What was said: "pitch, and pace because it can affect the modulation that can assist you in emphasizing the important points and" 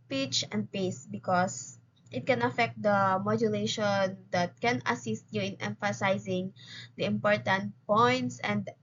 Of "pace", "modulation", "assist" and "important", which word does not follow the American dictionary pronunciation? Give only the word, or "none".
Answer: none